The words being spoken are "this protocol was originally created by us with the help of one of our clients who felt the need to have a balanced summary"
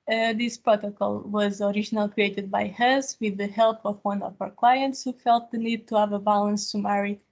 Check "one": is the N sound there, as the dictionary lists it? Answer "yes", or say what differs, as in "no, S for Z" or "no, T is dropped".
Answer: yes